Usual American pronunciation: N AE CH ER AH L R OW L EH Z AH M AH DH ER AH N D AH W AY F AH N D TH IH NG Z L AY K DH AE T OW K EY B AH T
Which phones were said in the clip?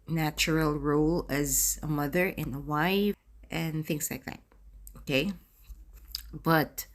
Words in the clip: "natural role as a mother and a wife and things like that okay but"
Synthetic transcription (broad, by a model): N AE CH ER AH L R OW L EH Z AH M AH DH ER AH N AH W AY AH N TH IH NG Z L AY K DH AE T OW K EY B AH T